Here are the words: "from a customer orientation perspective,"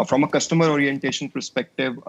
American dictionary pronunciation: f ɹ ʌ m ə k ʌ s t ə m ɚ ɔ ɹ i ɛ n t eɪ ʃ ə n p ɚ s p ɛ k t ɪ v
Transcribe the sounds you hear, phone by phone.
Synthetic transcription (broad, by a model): f ɹ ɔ m ə k ʌ s t ə m ɚ ɔ ɹ i ɛ n t eɪ ʃ ə n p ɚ s p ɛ k t ɪ v